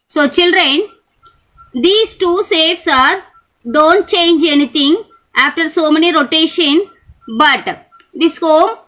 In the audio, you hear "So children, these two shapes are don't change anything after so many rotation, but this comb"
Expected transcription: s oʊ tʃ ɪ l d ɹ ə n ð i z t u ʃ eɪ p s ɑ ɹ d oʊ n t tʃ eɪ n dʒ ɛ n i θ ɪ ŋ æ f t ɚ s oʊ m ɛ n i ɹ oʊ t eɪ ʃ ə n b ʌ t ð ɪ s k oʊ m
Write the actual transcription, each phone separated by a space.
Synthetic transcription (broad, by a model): s oʊ tʃ ɪ l d ɹ ə n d i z t u s eɪ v s ɑ ɹ d oʊ n t tʃ eɪ n dʒ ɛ n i t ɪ ŋ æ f t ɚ s oʊ m ɛ n i ɹ oʊ t eɪ ʃ ə n b ʌ t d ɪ s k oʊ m